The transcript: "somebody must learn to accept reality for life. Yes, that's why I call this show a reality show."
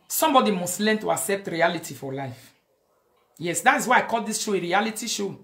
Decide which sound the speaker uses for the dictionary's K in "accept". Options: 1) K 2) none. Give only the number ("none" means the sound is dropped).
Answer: 1